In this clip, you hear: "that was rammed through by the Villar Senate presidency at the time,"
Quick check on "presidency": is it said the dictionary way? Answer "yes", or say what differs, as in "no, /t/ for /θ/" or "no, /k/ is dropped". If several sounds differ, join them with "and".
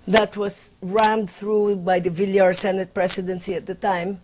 no, /s/ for /z/